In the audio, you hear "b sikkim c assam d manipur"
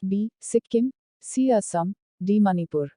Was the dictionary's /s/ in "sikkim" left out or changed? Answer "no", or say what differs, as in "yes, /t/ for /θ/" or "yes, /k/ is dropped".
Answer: no